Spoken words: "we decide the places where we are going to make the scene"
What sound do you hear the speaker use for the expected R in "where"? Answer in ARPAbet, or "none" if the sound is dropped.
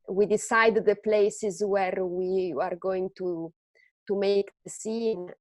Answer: R